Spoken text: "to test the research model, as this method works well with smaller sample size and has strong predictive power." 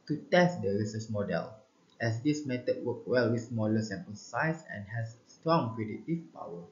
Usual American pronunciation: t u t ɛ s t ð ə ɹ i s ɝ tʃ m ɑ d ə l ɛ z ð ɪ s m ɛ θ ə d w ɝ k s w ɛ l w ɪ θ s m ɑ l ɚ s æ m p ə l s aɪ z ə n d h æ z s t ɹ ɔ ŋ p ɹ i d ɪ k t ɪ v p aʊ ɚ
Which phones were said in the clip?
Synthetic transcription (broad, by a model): t u t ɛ s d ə ɹ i s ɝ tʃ m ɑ d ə l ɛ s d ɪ s m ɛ t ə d w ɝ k w ɛ l w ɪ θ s m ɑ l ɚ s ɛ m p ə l s aɪ s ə n h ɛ s t ɹ ɔ ŋ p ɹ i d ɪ t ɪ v p aʊ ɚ